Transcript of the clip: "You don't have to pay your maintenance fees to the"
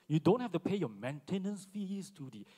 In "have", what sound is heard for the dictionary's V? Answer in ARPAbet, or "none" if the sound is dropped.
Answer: F